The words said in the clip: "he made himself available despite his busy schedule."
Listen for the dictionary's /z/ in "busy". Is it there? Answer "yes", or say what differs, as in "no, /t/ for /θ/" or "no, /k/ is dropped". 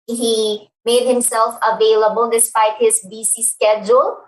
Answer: no, /s/ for /z/